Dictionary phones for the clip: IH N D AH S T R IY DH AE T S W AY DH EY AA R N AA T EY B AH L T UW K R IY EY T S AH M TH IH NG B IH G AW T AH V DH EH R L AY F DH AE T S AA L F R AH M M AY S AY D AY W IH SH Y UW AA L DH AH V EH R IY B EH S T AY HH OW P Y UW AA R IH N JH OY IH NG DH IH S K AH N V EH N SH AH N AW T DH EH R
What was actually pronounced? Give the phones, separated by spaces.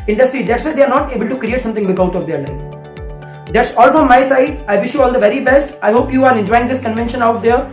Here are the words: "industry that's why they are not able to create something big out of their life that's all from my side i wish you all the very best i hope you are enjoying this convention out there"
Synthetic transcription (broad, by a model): IH N D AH S T R IY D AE T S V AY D EY AA R N AA T EY B AH L T UW K R IY EY T S AH M T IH NG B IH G AW T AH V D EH R L AY F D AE T S AA L F R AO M M AY S AY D AY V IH SH Y UW AA L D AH V EH R IY B EH S T AY HH OW P Y UW AA R IH N JH OY IH NG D IH S K AH N V EH N SH AH N AW T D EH R